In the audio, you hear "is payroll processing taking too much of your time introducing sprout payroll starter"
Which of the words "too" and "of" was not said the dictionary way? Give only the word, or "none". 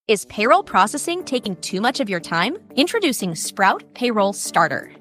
none